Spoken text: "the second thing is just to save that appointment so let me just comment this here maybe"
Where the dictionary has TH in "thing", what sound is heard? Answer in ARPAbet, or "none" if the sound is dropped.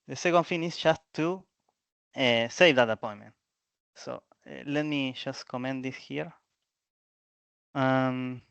F